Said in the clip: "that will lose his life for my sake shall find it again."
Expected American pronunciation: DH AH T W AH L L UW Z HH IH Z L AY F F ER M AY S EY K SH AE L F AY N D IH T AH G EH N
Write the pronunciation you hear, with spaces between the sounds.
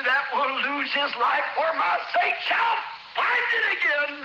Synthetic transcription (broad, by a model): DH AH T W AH N L UW Z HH IH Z L AY F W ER M AY S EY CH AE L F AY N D IH T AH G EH N